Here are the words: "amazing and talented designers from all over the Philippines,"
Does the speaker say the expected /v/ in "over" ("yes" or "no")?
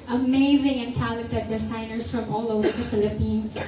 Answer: yes